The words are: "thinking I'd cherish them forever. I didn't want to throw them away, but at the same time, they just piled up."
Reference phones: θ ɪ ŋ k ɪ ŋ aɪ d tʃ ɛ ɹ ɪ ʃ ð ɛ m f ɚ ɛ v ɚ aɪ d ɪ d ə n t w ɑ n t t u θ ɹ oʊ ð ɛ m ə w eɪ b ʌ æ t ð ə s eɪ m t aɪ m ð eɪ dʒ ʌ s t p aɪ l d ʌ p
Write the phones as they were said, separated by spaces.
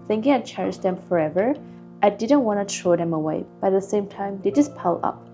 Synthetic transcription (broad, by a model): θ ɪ ŋ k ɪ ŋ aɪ tʃ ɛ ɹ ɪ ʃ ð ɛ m f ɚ ɛ v ɚ aɪ d ɪ d ə n t w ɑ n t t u t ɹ oʊ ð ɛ m ə w eɪ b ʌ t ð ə s eɪ m t aɪ m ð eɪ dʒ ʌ s p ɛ l ʌ p